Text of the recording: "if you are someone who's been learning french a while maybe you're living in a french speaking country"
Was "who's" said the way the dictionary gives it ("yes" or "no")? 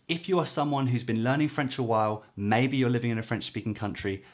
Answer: yes